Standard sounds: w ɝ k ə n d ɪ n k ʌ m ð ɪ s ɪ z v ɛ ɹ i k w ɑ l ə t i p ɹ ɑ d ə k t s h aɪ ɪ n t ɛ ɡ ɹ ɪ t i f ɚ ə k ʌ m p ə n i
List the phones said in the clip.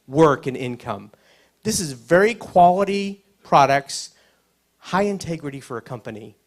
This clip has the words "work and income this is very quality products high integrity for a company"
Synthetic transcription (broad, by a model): w ɝ k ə n ɪ n k ʌ m ð ɪ s ɪ z v ɛ ɹ i k w ɑ l ə t i p ɹ ɑ d ə k t s h aɪ ɪ n t ɛ ɡ ɹ ɪ t i f ɚ ə k ʌ m p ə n i